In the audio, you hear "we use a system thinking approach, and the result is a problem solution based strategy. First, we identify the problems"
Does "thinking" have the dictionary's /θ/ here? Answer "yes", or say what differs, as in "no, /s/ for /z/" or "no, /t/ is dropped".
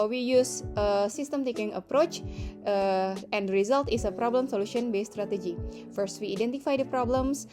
no, /t/ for /θ/